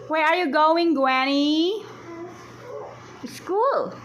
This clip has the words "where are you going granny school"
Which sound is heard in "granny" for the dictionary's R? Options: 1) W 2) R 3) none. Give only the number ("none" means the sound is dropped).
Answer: 1